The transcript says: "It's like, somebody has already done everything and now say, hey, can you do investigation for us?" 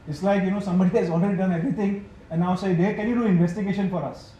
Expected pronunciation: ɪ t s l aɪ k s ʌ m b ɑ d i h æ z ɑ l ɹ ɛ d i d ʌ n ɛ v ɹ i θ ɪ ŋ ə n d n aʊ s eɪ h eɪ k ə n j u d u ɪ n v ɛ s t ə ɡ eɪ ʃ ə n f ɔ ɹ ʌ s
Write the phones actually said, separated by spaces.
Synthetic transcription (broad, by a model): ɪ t s l aɪ k s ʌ m b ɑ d i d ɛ s ɑ l ɹ ɛ d i d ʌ n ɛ v ɹ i t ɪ ŋ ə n n aʊ s eɪ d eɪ k ə n j u d u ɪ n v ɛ s t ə ɡ eɪ ʃ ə n f ɔ ɹ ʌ s